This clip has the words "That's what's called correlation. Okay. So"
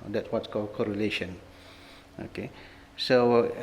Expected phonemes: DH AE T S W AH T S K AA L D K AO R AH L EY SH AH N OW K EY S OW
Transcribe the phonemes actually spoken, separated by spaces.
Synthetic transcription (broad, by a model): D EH T S W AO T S K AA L K AO R AH L EY SH AH N OW K EY S OW